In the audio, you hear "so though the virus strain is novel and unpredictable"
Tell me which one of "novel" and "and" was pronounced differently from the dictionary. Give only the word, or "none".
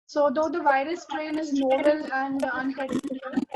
novel